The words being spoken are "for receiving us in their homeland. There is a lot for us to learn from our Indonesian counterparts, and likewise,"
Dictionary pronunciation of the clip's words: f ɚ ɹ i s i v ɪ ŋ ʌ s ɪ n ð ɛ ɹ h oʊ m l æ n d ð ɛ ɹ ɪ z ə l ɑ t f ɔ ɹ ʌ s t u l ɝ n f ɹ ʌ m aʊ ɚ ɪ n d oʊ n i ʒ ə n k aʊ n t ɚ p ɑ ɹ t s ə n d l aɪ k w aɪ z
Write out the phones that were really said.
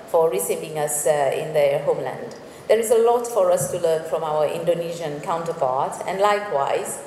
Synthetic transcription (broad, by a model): f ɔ ɹ i s i v ɪ ŋ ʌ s ɪ n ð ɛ h oʊ m l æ n d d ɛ ɹ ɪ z ə l ɑ t f ɔ ɹ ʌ s t u l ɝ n f ɹ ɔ m aʊ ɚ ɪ n d oʊ n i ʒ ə n k aʊ n t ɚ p ɑ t ə n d l aɪ k w aɪ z